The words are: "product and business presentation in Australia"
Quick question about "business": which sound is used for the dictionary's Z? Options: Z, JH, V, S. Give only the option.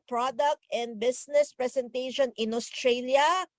S